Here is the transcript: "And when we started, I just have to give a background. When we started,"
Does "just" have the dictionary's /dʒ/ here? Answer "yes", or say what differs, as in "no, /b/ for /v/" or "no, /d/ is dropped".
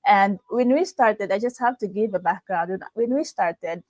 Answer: yes